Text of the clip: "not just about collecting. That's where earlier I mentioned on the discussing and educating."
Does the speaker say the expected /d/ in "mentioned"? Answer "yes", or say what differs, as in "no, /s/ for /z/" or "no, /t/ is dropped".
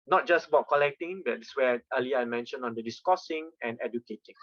no, /d/ is dropped